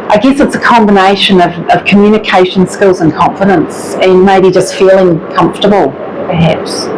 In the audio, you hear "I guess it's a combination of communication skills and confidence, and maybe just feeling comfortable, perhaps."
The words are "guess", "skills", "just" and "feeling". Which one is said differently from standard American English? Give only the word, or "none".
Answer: none